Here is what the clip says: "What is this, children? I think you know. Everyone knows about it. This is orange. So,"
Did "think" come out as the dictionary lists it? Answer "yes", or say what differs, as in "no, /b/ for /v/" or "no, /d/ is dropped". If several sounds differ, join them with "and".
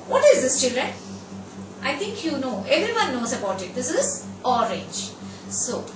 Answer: no, /t/ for /θ/